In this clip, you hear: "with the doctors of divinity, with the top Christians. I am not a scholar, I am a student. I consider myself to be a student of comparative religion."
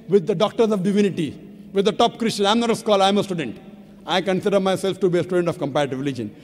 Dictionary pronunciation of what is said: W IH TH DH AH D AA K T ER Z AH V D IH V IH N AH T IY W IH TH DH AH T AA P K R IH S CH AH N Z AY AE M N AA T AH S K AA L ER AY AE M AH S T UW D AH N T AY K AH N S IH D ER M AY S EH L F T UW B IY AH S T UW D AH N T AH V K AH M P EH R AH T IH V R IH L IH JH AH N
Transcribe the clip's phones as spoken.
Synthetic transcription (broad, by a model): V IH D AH D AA K T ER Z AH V D IH V IH N AH T IY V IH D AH T AA P K R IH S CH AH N AY M N AA T AH S K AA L AY M AH S T UW D AH N T AY K AH N S IH D ER M AY S EH L F T UW B IY AH S T UW D AH N T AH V K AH M P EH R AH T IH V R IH L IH JH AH N